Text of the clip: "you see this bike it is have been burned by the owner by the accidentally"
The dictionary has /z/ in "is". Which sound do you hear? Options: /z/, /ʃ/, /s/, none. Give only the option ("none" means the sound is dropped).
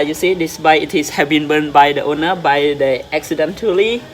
/s/